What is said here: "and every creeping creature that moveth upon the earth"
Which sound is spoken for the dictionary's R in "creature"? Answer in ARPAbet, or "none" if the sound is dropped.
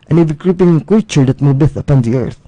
none